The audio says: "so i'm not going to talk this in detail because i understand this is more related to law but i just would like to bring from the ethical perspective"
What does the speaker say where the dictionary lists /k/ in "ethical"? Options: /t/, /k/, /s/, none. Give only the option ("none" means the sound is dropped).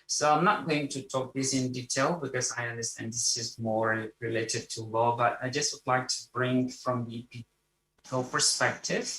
none